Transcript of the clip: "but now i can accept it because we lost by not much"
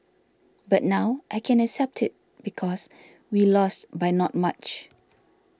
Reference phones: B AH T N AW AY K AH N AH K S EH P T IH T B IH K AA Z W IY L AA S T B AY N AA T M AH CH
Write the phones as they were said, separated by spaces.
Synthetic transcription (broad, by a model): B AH T N AW AY K AH N AH K S EH P T IH T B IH K AA S W IY L AA S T B AY N AA T M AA CH